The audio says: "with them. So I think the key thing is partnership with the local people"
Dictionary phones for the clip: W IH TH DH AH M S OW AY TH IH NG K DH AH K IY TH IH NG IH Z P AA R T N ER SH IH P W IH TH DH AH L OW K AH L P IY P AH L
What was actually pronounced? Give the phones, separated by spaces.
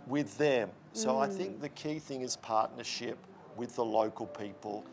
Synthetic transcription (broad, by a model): W IH DH AH M S OW AY TH IH NG K DH AH K IY TH IH NG IH Z P AA R T N ER SH IH P W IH DH AH L OW K AH L P IY P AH L